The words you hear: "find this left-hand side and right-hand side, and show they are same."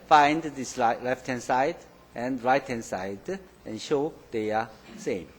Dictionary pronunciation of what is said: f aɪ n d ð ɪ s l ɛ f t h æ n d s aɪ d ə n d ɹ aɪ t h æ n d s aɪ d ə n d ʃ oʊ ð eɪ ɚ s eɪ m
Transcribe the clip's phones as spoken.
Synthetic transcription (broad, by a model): f aɪ n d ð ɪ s l ɛ f t h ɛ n s aɪ d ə n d ɹ aɪ t h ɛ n s aɪ d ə n ʃ oʊ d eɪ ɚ s eɪ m